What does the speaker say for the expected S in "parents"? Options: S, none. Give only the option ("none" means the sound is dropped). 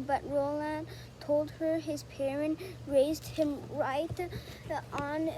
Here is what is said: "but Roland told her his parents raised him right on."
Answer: none